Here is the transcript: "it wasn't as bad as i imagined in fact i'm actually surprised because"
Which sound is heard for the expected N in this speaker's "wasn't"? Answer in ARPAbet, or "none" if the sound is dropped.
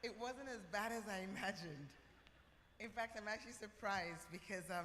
N